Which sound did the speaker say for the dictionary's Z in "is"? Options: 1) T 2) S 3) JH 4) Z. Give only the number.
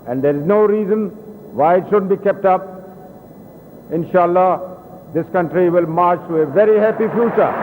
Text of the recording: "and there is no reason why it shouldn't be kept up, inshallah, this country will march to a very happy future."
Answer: 4